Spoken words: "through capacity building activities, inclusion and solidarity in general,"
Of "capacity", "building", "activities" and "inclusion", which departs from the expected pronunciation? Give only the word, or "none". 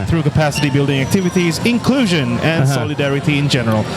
none